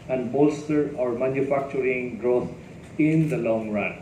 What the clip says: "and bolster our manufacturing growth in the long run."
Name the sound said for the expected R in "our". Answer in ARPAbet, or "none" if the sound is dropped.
R